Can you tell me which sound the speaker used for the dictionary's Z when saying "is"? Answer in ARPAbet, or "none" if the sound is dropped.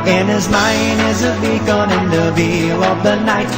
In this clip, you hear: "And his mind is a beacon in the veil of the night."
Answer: Z